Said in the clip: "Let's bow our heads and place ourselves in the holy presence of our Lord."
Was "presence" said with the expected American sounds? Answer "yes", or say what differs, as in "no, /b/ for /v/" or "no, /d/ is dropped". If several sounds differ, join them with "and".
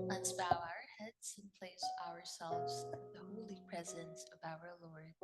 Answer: yes